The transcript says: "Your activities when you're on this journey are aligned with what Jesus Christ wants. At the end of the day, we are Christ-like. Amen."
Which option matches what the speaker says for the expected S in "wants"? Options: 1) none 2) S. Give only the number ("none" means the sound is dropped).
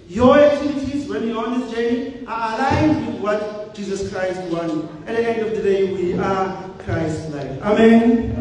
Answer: 1